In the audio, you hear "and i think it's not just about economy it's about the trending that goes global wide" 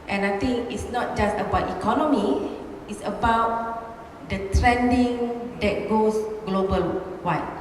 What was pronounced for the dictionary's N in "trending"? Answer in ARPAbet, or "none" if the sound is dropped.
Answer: N